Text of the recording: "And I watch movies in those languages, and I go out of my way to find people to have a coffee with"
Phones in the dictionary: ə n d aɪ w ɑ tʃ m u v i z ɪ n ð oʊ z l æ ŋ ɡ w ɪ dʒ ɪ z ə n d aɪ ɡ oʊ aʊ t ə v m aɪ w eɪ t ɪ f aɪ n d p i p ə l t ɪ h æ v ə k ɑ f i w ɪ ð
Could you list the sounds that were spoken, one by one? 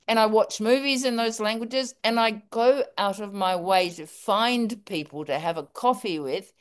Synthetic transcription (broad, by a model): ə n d aɪ w ɑ tʃ m u v i z ɪ n ð oʊ z l æ ŋ ɡ w ɪ dʒ ɪ z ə n aɪ ɡ oʊ aʊ t ə v m aɪ w eɪ t ɪ f aɪ n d p i p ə l t ɪ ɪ v ə k ɑ f i w ɪ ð